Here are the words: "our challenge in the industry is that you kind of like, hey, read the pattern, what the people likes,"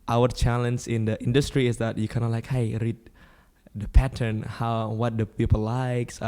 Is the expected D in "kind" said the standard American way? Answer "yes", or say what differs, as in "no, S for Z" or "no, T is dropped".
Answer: no, D is dropped